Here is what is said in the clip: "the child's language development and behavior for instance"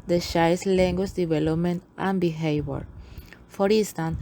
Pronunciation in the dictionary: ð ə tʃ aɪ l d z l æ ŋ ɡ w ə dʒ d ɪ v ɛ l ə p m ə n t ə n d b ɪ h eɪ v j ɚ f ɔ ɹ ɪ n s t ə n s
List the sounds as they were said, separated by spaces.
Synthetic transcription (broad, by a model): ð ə ʃ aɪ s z l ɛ ŋ ɡ w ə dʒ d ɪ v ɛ l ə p m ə n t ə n b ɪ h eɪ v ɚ f ɔ ɹ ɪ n s t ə n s